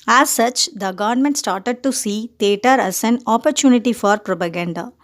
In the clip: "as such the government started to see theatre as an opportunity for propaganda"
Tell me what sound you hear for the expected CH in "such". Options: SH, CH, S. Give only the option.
CH